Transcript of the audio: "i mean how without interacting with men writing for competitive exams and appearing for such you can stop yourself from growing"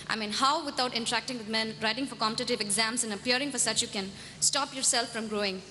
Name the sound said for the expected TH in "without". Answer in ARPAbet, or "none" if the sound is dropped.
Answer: T